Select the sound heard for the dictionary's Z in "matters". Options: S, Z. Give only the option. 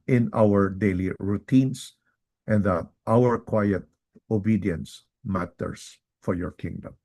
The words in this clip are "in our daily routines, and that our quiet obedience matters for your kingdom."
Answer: S